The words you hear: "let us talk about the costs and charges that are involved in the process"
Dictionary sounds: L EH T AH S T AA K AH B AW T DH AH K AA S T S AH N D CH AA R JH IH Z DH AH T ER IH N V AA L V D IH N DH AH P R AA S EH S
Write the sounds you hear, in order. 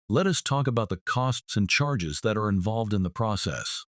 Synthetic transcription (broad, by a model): L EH T AH S T AA K AH B AW T DH AH K AA S T S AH N CH AA R JH IH Z DH AH T ER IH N V AA L V D IH N DH AH P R AA S EH S